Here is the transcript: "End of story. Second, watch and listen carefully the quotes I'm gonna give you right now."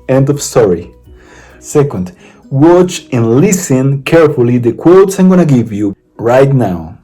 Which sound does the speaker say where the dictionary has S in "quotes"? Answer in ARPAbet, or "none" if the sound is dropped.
S